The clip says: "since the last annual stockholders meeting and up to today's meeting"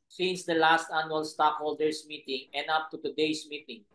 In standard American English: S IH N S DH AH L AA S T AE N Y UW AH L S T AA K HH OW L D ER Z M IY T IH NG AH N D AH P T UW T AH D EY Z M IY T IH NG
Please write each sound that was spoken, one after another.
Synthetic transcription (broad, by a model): S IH N S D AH L AA S T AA N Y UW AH L S T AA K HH OW L D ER S M IY T IH NG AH N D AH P T UW T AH D EY S M IY T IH NG